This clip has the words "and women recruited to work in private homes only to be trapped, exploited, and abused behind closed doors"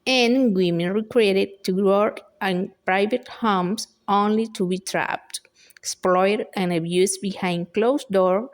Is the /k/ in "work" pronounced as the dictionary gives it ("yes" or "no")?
no